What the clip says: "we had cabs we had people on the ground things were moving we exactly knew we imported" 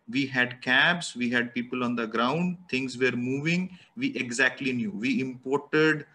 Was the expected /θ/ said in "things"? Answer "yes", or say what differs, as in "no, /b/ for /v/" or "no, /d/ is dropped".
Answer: no, /t/ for /θ/